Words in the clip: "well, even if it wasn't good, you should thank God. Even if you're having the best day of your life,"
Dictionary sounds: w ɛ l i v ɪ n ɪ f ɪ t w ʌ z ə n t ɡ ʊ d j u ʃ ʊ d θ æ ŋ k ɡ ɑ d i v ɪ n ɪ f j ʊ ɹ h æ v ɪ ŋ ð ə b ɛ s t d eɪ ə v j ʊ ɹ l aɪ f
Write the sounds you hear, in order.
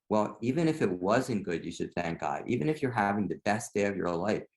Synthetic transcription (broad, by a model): w ɛ l i v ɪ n ɪ f ɪ t w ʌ z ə n ɡ ʊ d j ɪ ʃ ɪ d θ æ ŋ k ɡ ɑ d i v ɪ n ɪ f j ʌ ɹ h æ v ɪ ŋ ð ə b ɛ s d eɪ ə v j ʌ ɹ l aɪ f